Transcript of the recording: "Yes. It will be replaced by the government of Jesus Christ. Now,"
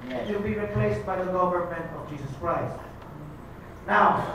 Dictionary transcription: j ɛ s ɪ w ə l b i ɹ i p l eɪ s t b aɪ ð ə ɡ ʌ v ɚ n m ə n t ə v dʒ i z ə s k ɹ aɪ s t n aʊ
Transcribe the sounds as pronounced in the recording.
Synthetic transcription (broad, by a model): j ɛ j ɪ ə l b i ɹ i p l eɪ s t b aɪ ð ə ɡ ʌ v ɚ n m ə n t ə v dʒ i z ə s k ɹ aɪ s t n aʊ